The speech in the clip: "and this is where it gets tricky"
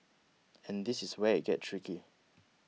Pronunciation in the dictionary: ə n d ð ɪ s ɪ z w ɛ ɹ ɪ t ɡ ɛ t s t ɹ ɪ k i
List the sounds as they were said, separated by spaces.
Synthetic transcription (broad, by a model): ə n d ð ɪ s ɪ s w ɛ ɪ t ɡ ɛ t t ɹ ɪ k i